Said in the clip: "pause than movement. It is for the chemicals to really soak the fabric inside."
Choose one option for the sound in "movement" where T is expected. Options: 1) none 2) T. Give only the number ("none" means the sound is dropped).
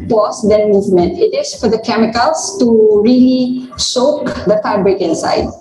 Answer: 2